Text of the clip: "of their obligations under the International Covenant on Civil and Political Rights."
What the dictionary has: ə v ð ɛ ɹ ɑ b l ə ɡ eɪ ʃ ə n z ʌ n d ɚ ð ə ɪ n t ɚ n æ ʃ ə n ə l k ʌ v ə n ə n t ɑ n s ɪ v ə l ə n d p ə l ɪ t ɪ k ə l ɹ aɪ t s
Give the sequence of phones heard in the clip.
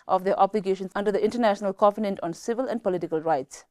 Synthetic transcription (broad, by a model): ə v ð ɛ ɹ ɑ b l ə ɡ eɪ ʃ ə n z ʌ n d ɚ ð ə ɪ n t ɚ n æ ʃ ə n ə l k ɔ f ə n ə n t ɑ n s ɪ v ə l ə n d p ə l ɪ t ɪ k ə l ɹ aɪ t s